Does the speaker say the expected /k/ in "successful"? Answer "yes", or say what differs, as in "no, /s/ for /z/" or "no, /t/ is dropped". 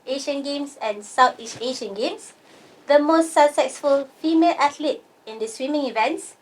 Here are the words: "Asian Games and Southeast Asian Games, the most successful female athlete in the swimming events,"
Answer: no, /k/ is dropped